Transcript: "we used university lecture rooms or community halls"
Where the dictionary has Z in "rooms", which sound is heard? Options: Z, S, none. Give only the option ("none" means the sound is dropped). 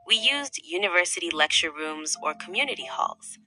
Z